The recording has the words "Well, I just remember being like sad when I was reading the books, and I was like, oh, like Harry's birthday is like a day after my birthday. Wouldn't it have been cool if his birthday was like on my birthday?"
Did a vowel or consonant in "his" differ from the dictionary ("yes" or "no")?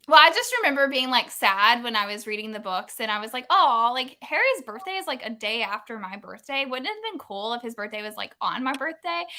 no